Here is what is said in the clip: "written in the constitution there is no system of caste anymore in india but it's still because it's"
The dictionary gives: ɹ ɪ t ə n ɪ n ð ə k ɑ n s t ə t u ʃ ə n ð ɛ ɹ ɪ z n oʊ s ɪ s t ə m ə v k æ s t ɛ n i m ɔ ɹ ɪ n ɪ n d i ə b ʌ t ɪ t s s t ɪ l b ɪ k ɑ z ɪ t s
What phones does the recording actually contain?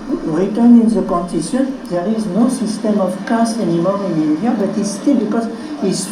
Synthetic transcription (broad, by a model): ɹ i t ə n ɪ n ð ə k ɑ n t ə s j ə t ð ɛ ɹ ɪ z n oʊ s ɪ s t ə m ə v k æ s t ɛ n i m ɔ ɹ ɪ n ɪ n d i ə b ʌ t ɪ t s s t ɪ l b ɪ k ɑ z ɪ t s